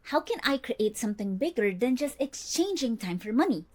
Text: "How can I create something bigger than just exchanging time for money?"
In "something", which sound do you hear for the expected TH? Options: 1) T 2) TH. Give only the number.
1